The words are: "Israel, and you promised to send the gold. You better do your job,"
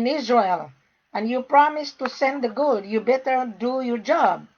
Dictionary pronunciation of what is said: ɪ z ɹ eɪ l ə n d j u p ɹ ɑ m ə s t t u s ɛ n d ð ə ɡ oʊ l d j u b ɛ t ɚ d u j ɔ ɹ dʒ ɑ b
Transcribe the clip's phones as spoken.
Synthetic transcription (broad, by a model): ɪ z ɹ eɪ l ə n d j u p ɹ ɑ m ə s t t u s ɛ n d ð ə ɡ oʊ d j u b ɛ t ɚ d u j ɔ ɹ dʒ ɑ b